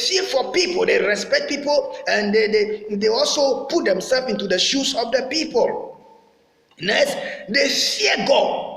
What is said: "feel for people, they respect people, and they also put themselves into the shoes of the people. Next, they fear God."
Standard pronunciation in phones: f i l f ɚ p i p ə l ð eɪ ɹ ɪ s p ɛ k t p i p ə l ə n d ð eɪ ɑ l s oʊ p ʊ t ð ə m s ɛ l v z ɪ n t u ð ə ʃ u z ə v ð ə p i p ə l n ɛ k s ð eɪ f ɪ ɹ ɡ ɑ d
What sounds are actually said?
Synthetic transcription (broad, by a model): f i f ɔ p i p ə l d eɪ ɹ ɪ s p ɛ k t p i p ə l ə n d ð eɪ ɑ l s oʊ p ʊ t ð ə m s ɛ l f ɪ n t u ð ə ʃ u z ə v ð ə p i p ə l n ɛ s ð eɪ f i ɡ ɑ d